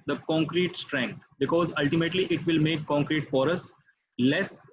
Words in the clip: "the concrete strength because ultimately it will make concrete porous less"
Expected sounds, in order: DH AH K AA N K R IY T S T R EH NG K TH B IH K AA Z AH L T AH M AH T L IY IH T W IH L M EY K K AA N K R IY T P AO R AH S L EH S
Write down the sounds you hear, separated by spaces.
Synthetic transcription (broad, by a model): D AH K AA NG K R IY T S T R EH NG K T B IH K AA Z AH L T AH M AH T L IY IH T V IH L M EY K K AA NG K R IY T F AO R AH S L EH S